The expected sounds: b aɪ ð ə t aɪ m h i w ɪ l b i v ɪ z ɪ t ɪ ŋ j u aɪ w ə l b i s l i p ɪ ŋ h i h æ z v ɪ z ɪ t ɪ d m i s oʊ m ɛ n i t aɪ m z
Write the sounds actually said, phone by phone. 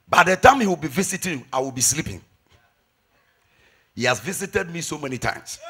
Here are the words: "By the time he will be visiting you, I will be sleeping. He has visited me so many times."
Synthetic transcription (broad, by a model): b aɪ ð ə t aɪ m h i w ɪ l b i v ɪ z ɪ t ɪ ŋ aɪ w ə l b i s l i p ɪ ŋ h i h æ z v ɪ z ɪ t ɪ d m i s oʊ m ɛ n i t aɪ m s